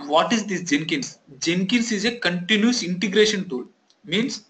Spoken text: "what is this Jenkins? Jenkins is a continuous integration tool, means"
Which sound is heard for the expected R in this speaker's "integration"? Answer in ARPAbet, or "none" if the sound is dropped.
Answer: R